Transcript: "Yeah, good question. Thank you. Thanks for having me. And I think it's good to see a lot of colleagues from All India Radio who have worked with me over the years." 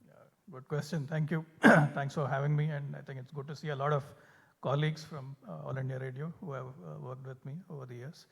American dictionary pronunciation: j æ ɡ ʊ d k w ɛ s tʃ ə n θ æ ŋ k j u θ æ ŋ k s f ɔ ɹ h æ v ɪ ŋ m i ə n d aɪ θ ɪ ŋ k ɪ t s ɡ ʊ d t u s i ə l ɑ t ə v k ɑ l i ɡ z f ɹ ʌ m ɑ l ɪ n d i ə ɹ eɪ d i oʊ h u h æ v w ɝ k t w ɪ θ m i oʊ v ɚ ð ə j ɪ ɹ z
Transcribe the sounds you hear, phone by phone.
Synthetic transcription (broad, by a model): j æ ɡ ʊ d k w ɛ s tʃ ə n t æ ŋ k j u t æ ŋ k s f ɔ ɹ h æ v ɪ ŋ m i ə n d aɪ t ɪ ŋ k ɪ t s ɡ ʊ d t u s i ə l ɑ t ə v k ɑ l i ɡ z f ɹ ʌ m ɑ l ɪ n d i ə ɹ eɪ d i oʊ h u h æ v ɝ k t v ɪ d m i oʊ v ɚ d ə j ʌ ɹ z